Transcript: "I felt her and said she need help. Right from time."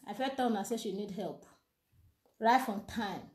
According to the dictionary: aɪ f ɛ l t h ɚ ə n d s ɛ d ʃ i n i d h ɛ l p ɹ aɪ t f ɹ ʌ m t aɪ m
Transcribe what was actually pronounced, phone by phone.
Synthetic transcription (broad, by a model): aɪ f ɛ t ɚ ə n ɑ s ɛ ʃ i n i d h ɛ l p ɹ aɪ t f ɹ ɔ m t aɪ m